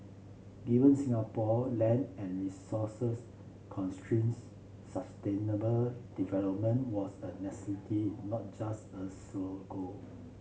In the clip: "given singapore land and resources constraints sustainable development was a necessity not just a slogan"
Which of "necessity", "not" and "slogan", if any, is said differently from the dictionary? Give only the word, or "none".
slogan